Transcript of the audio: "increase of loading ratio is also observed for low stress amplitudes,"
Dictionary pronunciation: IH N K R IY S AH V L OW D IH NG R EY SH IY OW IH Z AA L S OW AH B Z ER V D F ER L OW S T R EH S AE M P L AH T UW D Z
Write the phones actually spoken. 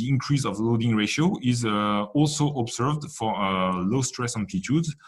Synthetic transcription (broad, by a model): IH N K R IY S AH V L OW D IH NG R EY SH IY OW IH Z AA L S OW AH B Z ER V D F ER L OW S T R EH S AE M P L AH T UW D